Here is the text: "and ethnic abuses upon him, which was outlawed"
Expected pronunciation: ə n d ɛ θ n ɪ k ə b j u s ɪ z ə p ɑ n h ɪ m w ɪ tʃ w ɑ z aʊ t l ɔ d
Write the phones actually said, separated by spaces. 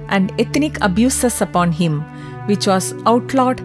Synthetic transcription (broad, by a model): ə n d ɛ t n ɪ k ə b j u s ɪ s ə p ɑ n h ɪ m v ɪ tʃ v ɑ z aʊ t l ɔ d